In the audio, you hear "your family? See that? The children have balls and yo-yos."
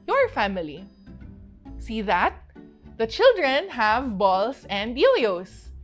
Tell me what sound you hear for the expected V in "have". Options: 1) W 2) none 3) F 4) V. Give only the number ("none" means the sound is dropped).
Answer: 4